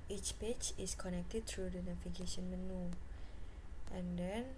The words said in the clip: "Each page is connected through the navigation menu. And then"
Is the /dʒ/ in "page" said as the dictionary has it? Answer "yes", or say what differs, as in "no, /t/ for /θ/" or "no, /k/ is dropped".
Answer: no, /tʃ/ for /dʒ/